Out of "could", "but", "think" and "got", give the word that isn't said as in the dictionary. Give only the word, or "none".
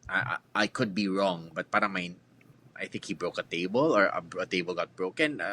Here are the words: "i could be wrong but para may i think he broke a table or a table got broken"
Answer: none